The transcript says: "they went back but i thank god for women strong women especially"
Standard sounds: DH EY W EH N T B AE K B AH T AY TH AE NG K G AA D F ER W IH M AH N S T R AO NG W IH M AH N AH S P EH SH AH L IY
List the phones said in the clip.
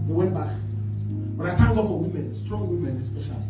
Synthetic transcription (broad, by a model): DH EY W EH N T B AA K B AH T AY T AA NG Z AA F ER W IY M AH N S T R AO NG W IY M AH N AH S P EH SH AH L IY